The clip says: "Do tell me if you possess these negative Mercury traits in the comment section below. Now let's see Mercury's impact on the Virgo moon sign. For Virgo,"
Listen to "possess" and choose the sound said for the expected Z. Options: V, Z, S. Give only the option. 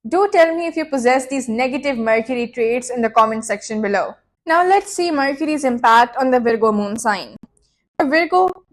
Z